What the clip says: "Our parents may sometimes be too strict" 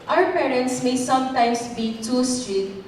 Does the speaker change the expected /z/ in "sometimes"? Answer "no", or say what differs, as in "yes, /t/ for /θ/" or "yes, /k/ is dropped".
yes, /s/ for /z/